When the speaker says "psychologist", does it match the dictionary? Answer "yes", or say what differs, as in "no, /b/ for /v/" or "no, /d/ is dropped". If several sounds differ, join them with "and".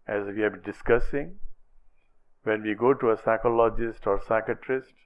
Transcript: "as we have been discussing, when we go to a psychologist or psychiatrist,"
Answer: yes